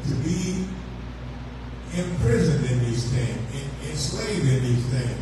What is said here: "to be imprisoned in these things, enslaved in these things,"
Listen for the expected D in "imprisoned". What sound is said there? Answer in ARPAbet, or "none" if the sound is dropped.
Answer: D